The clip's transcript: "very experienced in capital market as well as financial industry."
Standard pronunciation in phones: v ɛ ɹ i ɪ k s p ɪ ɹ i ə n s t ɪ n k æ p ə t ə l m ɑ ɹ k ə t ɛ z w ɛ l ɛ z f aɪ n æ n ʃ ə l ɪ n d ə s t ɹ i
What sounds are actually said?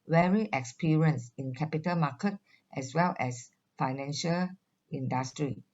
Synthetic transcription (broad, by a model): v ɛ ɹ i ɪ k s p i ɹ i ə n s ɪ n k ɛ p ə t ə l m ɑ k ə t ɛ s w ɛ l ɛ s f aɪ n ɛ n ʃ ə l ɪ n d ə s t ɹ i